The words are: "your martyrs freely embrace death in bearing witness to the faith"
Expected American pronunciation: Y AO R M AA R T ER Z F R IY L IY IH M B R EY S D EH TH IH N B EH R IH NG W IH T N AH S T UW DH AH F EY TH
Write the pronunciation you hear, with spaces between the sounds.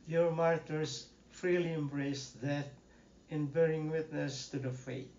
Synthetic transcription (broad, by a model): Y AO R M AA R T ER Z F R IY L IY IH M B R EY S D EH T IH N B EH R IH NG W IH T N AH S T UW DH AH F EY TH